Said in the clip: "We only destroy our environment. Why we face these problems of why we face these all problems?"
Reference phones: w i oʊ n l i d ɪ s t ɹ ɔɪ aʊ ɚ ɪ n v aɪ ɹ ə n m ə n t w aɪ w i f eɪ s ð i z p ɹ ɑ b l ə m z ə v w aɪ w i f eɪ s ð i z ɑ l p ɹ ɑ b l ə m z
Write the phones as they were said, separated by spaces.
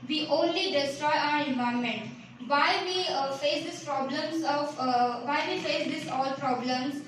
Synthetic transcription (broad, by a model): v i oʊ n l i d ɪ s t ɹ ɔɪ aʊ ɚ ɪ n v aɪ ə m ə n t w aɪ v i f eɪ s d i s p ɹ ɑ b l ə m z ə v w aɪ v i f eɪ s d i s ɑ l p ɹ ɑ b l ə m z